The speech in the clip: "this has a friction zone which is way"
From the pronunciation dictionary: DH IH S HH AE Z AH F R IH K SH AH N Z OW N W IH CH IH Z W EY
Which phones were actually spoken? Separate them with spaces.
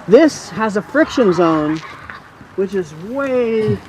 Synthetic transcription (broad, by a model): DH IH S HH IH Z AH F R IH K SH AH N Z OW N W IH CH IH Z W EY